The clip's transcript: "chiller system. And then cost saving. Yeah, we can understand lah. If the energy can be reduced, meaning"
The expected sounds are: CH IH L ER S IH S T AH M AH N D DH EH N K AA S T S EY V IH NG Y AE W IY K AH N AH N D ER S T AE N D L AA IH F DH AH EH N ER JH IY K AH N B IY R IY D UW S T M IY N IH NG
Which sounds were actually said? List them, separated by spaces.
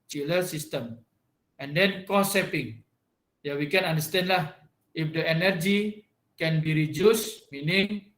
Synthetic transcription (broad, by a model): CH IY L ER S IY S T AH M AH N D EH N K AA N S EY P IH NG Y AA W IY K AH N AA N D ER S T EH N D L AA IH F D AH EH N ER JH IY K AH N B IY R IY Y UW S M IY N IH NG